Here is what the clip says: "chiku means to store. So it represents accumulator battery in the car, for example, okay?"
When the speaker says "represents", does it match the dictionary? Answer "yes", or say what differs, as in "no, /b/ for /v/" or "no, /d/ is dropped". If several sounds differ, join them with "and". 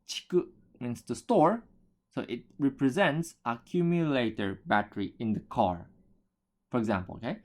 yes